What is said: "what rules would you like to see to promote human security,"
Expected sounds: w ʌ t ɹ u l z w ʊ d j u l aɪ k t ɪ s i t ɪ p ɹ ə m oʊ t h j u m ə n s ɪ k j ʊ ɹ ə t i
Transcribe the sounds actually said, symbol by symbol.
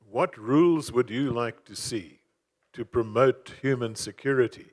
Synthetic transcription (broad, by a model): w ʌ t ɹ u l z w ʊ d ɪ l aɪ k t ɪ s i t ɪ p ɹ ə m oʊ t h j u m ə n s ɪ k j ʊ ɹ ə t i